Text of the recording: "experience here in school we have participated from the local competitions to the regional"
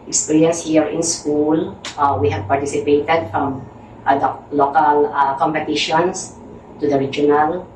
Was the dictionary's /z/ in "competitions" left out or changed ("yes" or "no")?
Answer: yes